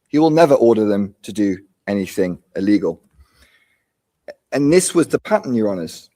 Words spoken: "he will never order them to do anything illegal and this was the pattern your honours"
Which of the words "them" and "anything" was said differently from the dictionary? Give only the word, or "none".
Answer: none